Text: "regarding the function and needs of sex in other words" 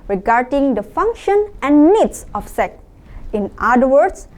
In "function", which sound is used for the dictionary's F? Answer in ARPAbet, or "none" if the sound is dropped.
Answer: F